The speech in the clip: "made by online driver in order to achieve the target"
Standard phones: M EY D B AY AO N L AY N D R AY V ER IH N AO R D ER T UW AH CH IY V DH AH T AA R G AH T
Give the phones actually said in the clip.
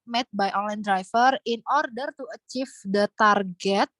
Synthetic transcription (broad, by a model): M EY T B AY AO N L AY N D R AY F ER IH N AO R D ER T UW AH CH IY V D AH T AA R G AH T